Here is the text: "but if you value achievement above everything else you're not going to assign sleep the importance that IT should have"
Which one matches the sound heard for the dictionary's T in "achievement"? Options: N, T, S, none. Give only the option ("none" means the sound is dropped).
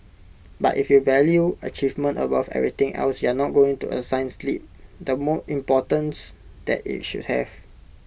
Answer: T